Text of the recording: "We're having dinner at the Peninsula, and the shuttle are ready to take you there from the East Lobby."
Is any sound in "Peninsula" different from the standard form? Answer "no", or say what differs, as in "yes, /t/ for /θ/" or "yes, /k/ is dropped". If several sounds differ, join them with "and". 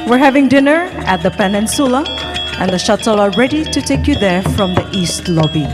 no